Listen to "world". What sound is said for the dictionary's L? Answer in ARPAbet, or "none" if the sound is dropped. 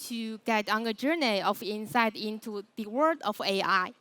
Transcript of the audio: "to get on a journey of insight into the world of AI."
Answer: none